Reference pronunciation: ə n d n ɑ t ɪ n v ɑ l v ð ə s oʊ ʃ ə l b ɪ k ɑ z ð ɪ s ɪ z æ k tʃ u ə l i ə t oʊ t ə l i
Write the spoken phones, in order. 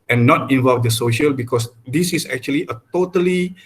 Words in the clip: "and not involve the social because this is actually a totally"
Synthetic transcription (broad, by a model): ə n n ɑ t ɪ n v ɑ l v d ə s oʊ ʃ ə l b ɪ k ɑ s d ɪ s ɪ s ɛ k tʃ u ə l i ə t oʊ t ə l i